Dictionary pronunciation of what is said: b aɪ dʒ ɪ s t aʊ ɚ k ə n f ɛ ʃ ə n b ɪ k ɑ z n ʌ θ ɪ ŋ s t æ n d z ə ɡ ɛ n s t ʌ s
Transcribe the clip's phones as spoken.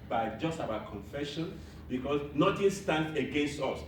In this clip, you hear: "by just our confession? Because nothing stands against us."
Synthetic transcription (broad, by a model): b aɪ dʒ ɪ s t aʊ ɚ k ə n f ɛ ʃ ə n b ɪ k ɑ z n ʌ t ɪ s t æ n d ə ɡ ɛ n s t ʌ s